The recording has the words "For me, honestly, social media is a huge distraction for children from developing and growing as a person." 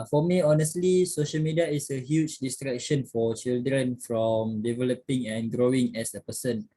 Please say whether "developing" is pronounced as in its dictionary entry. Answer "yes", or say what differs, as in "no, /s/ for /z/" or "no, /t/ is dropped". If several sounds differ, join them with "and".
yes